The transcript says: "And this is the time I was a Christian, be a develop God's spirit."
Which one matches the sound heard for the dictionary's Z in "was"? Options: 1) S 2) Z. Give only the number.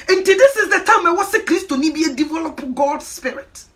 1